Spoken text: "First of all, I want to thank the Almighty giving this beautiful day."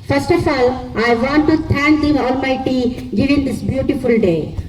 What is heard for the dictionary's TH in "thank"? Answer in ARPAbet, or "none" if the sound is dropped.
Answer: T